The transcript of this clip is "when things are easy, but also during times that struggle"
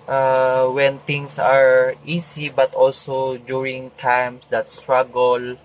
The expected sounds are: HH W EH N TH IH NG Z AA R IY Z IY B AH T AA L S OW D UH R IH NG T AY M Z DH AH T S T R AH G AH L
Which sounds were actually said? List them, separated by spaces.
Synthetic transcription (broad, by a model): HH W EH N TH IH NG S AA R IY S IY B AH T AA L S OW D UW R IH NG T AY M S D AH T S T R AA G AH L